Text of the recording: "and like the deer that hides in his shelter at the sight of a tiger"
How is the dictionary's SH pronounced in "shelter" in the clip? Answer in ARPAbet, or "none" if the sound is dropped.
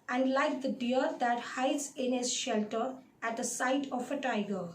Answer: SH